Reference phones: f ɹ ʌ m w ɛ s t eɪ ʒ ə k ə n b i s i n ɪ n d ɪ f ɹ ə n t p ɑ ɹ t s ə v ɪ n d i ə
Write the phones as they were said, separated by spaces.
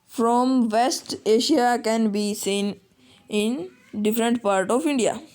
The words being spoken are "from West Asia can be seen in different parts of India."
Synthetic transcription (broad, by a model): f ɹ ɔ m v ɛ s t eɪ ʃ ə k ə n b i s i n ɪ n d ɪ f ɹ ə n t p ɑ ɹ t ə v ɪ n d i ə